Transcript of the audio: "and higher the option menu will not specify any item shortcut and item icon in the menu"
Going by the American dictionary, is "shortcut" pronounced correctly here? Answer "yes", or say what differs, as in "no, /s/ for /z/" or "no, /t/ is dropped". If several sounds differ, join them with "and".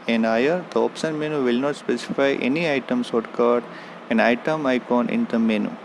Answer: no, /s/ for /ʃ/